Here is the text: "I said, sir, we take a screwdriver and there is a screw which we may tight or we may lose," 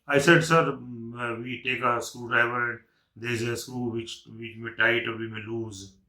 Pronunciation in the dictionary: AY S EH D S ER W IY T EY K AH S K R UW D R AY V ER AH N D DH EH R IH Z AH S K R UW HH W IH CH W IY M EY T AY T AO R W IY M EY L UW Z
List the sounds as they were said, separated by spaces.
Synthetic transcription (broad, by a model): AY S EH D S ER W IY T EY K AH S K UW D R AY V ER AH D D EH IH Z AH S K UW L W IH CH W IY M EY T AY T AO R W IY M EY L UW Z